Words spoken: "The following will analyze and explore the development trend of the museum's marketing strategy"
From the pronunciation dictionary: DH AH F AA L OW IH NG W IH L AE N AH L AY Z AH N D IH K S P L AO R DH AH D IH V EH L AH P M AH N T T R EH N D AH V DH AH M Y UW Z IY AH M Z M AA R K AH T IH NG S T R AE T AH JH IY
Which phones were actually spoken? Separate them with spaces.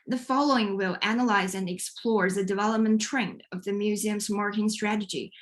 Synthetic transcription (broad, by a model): DH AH F AA L OW IH NG W IH L AE N AH L AY Z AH N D IH K S P L AO R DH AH D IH V EH L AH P M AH N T T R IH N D AH V DH AH M Y UW Z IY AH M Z M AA R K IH NG S T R AE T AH JH IY